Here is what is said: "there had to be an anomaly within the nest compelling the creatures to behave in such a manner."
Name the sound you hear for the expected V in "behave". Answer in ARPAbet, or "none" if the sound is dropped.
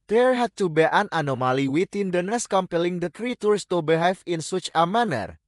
F